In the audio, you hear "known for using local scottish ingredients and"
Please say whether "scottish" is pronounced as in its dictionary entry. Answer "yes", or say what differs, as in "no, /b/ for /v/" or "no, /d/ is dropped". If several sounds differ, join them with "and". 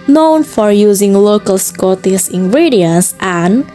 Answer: no, /s/ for /ʃ/